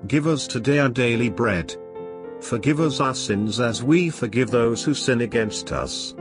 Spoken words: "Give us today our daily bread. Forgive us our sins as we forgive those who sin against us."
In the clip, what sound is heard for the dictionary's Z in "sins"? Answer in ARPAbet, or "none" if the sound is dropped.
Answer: Z